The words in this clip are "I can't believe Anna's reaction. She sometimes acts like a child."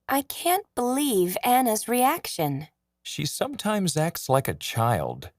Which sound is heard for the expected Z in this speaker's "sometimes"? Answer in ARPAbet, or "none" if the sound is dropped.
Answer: Z